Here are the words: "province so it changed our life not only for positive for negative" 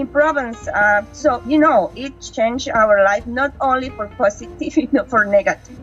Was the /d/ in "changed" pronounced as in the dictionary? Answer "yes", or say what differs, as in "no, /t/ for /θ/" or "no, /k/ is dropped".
no, /d/ is dropped